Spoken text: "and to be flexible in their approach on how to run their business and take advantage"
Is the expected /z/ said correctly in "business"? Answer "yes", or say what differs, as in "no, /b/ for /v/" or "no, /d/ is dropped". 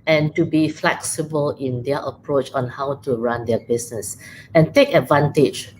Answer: no, /s/ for /z/